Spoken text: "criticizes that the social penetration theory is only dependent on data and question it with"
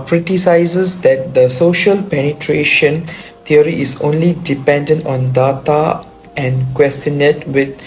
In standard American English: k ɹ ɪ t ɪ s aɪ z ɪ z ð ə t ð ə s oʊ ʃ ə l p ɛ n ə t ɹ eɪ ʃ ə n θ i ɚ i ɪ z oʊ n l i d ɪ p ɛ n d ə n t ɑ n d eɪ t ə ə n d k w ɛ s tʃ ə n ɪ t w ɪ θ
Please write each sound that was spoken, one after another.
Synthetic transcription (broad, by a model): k ɹ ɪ t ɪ s aɪ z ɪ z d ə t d ə s oʊ ʃ ə l p ɛ n ə t ɹ eɪ ʃ ə n t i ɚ i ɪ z oʊ n l i d ɪ p ɛ n d ə n t ɑ n d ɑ t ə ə n k w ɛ s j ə n ɪ t w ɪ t